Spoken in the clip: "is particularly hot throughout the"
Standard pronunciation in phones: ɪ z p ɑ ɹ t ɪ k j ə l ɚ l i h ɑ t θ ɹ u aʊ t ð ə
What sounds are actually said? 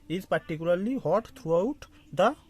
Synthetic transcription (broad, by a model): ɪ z p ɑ ɹ t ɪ k j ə l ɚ l i h ɑ t t ɹ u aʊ t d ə